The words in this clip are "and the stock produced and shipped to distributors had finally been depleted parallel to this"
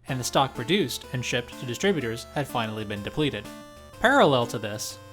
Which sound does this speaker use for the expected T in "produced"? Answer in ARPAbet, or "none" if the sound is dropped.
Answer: T